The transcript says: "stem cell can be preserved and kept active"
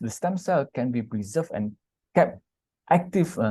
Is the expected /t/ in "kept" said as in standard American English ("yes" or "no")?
yes